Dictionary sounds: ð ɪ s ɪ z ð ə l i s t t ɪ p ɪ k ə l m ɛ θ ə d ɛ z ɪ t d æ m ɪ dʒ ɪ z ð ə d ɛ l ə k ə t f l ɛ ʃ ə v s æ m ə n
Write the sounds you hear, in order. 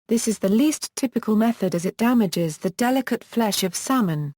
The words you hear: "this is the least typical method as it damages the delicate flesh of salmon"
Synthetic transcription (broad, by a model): ð ɪ s ɪ z ð ə l i s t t ɪ p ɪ k ə l m ɛ θ ə d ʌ z ɪ t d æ m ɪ dʒ ɪ z ð ə d ɛ l ə k ə t f l ɛ ʃ ə v s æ m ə n